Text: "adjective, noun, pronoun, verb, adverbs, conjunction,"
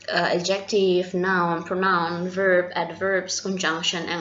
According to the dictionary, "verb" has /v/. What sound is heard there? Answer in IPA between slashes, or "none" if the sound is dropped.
/v/